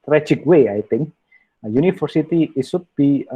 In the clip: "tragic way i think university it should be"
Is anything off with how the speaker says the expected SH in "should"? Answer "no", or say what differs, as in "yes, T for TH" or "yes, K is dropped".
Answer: yes, S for SH